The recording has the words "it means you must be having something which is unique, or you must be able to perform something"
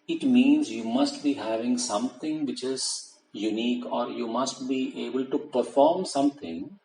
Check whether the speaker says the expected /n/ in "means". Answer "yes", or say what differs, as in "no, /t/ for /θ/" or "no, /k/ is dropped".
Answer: yes